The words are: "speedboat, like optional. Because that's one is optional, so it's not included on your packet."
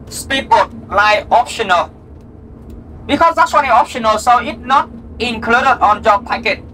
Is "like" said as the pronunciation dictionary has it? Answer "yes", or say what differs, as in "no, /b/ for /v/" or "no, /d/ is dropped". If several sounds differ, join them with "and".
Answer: no, /k/ is dropped